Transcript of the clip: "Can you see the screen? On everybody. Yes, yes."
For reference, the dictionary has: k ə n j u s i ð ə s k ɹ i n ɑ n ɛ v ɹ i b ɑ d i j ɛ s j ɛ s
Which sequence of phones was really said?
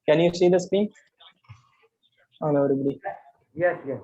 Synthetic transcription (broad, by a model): k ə n j u s i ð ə s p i ɑ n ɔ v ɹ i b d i j ɛ s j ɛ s